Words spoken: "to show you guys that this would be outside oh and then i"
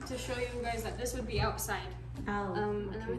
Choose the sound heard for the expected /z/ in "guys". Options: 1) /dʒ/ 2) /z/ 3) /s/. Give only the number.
2